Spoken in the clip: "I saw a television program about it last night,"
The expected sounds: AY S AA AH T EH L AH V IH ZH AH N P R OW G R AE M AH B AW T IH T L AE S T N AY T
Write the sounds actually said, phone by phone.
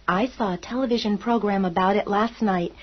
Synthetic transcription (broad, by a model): AY S AA AH T EH L AH V IH ZH AH N P R OW G R AE M AH B AW T IH T L AE S T N AY T